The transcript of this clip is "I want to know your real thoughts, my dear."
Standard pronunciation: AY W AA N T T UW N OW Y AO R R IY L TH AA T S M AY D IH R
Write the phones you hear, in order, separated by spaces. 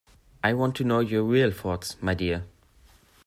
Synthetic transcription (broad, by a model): AY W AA N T T UW N OW Y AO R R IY L F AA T S M AY D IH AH